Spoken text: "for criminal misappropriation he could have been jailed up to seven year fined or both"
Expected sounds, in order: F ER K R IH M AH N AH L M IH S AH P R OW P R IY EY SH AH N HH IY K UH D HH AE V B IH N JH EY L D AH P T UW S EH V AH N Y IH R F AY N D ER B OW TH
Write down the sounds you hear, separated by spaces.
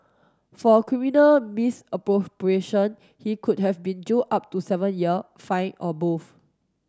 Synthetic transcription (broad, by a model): F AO K R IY M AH N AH L M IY S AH P R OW P R IY EY SH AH N HH IY K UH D HH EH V B IH N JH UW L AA P T UW S EH V AH N Y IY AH F AY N AO B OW F